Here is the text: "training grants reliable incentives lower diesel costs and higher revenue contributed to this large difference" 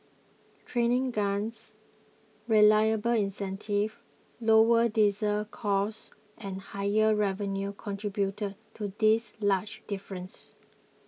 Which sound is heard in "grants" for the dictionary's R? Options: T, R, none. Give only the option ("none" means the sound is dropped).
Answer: none